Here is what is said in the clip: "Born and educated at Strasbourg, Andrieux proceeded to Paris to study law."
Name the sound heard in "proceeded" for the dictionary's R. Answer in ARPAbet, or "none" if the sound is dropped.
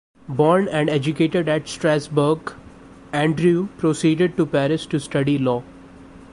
R